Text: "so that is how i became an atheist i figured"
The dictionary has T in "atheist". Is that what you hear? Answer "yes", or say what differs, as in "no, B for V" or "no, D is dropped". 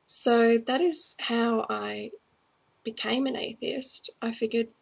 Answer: yes